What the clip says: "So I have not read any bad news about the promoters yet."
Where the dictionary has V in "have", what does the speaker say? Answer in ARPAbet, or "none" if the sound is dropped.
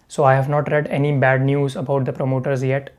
V